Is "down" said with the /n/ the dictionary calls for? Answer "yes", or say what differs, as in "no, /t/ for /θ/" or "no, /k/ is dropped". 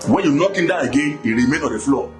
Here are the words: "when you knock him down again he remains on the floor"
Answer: no, /n/ is dropped